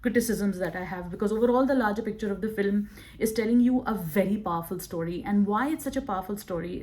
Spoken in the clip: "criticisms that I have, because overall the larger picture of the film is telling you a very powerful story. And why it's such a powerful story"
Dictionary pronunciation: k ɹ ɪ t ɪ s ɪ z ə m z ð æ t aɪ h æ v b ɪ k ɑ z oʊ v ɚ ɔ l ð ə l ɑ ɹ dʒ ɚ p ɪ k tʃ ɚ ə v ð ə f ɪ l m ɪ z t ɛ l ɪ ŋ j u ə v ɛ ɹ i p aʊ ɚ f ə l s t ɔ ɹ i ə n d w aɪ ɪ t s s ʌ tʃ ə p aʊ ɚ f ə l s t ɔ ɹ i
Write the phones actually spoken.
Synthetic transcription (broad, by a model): k ɹ ɪ t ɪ s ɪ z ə m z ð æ t aɪ h æ v b ɪ k ɑ z oʊ v ɚ ɔ l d ə l ɑ ɹ dʒ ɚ p ɪ k tʃ ɚ ə v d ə f ɪ l m ɪ z t ɛ l ɪ ŋ j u ə v ɛ ɹ i p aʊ ɚ f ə l s t ɔ ɹ i ə n d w aɪ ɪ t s s ʌ tʃ ə p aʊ ɚ f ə l s t ɔ ɹ i